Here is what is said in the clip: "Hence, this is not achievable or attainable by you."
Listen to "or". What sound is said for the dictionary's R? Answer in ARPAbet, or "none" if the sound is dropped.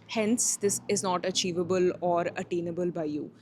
R